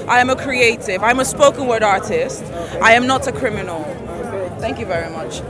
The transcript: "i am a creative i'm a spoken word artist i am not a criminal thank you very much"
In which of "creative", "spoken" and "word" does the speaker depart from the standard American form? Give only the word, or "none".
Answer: none